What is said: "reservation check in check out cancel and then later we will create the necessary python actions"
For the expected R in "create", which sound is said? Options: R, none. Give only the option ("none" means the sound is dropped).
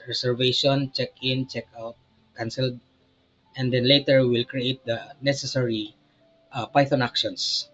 R